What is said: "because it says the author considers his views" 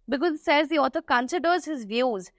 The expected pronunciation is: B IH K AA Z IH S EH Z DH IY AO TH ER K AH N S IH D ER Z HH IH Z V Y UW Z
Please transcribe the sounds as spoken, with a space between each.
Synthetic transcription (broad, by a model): B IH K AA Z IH S EH Z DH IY AO T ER K AH N S IH D ER Z HH IH Z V Y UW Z